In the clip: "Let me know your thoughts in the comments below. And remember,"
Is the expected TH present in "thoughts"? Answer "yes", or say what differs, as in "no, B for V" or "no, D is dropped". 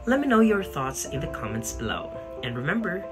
yes